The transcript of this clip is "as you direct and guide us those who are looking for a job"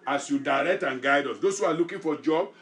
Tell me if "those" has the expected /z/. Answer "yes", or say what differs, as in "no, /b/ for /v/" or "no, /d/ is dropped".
no, /s/ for /z/